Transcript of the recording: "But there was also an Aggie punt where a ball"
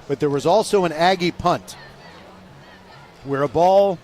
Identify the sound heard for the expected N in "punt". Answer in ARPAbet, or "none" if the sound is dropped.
N